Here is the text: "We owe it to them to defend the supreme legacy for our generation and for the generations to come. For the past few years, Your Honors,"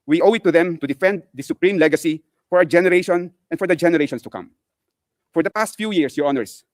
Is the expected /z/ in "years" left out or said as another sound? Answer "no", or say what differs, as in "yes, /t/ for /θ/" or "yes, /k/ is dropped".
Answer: yes, /s/ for /z/